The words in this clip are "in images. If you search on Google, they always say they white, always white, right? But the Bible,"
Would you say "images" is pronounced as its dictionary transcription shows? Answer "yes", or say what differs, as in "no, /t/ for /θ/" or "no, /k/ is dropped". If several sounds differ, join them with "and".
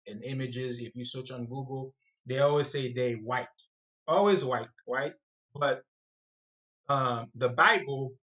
yes